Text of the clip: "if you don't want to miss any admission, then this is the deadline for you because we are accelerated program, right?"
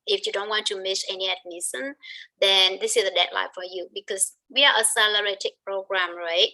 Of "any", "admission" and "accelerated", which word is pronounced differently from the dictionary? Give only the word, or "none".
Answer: accelerated